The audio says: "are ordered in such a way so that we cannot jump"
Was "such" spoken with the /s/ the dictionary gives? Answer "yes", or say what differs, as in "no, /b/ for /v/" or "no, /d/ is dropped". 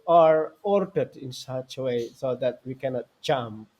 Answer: yes